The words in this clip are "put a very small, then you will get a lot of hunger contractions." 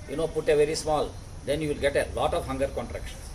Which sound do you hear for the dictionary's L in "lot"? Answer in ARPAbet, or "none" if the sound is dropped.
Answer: L